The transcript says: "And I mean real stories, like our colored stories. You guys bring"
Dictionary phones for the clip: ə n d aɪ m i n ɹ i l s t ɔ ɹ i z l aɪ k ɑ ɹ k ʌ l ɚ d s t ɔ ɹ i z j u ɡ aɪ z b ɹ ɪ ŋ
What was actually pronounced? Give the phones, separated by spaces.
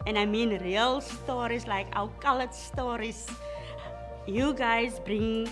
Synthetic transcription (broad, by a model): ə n aɪ m i n ɹ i l s t ɔ ɹ i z l aɪ k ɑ l k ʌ l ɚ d s t ɔ ɹ i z j u ɡ aɪ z b ɹ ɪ ŋ